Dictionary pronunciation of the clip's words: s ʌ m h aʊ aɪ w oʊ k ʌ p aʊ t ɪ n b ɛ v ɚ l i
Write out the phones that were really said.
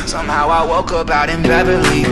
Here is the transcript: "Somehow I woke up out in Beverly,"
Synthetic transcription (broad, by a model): s ʌ m h aʊ aɪ w oʊ k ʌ b aʊ t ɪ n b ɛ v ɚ l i